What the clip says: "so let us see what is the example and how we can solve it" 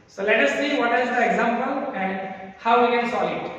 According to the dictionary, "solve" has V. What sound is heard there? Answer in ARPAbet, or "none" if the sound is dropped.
none